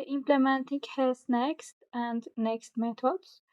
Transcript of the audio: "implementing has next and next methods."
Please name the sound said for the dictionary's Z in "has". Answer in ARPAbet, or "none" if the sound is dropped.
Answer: S